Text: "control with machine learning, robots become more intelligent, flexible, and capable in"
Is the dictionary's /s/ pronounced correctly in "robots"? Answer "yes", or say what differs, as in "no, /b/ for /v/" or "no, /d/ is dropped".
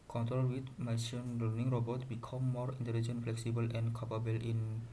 no, /s/ is dropped